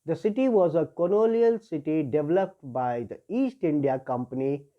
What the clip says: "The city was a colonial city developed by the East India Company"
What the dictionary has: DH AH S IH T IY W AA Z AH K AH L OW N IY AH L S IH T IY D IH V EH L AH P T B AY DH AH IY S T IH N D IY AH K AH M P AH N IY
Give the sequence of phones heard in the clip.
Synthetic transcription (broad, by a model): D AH S IH T IY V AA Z AH K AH N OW L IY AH L S IH T IY D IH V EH L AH P T B AY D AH IY S T IH N D IY AH K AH M P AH N IY